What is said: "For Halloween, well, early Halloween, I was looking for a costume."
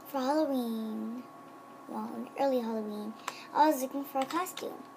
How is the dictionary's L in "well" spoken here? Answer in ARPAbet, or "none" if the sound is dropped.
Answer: N